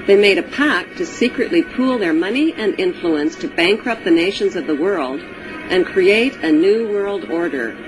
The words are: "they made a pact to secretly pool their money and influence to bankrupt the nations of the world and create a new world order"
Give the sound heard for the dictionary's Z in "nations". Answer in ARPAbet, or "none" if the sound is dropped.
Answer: Z